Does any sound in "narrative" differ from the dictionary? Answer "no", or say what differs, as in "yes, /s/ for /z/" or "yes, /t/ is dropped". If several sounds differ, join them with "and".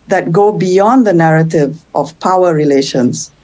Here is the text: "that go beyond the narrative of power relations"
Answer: no